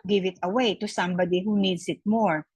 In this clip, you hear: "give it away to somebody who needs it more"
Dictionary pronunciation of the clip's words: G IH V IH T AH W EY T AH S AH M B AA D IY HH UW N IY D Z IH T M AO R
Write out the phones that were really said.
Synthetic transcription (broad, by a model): G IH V IH T AH W EY T AH S AH M B AA D IY HH UW N IY D S IH T M AO R